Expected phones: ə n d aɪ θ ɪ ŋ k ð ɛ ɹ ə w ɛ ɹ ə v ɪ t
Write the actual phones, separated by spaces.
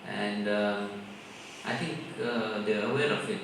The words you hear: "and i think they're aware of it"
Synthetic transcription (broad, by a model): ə n d aɪ t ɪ ŋ k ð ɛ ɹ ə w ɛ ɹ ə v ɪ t